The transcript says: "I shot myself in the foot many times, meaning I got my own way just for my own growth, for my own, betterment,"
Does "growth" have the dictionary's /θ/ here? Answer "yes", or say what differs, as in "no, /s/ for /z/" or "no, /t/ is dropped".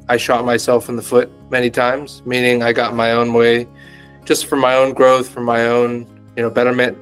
yes